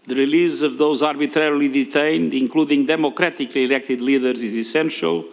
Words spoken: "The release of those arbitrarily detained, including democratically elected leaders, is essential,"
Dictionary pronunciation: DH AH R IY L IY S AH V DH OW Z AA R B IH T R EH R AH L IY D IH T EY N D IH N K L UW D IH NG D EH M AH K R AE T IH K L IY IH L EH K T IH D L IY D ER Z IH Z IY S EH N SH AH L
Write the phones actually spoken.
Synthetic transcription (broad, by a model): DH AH R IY L IY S AH V DH OW Z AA R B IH T R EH R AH L IY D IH T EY N D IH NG K L UW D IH NG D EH M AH K R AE T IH K L IY IH L EH K T IH D L IY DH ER Z IH Z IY S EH N SH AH L